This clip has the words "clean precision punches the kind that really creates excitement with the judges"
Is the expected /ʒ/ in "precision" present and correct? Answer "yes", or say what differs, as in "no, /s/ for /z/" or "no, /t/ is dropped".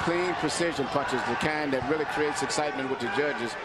yes